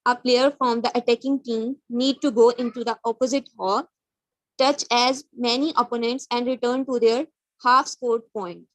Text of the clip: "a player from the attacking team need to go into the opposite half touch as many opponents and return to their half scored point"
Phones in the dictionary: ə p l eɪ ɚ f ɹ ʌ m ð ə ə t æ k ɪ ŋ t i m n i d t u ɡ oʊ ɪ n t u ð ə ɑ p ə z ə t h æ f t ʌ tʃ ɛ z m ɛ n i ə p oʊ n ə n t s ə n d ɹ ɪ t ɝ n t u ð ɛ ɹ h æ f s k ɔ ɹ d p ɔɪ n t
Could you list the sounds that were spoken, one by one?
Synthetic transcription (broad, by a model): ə p l eɪ ɚ f ɹ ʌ m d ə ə t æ k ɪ ŋ t i m n i d t u ɡ oʊ ɪ n t u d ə ɑ p ə z ə t h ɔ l t ʌ tʃ ɛ z m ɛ n i ə p oʊ n ə n t s ə n d ɹ ɪ t ɝ n t u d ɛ ɹ h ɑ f s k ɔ ɹ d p ɔɪ n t